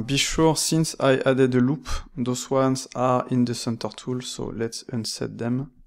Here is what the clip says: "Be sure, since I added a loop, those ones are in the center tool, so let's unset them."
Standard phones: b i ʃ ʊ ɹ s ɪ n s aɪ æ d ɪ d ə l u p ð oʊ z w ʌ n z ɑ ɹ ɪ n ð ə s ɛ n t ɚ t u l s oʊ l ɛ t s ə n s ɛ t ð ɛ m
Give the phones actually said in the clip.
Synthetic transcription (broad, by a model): b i ʃ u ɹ s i n s aɪ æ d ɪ d ə l u p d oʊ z w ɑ n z ɑ ɹ ɪ n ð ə s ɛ n t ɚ t u l s oʊ l ɛ t s ə n s ɛ t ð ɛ m